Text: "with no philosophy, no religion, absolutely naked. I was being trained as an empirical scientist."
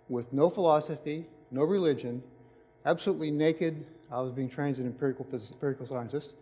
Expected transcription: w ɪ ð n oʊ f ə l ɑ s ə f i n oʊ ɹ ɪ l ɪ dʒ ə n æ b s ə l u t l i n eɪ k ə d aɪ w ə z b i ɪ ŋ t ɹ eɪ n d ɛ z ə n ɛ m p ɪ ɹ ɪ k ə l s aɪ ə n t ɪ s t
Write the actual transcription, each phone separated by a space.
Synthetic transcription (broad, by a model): w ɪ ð n oʊ f ə l ɑ s ə f i n oʊ ɹ ɪ l ɪ dʒ ə n æ b s ə l u t l i n eɪ k ə d aɪ w ə z b i ɪ ŋ t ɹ eɪ n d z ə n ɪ p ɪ ɹ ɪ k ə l s aɪ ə n t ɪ s t